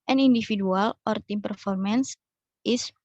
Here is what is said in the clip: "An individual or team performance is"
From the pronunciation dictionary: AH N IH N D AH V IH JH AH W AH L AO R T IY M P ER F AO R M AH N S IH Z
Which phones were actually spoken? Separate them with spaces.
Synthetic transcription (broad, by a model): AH N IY N D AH F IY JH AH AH L AO R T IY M P ER F AO R M AH N S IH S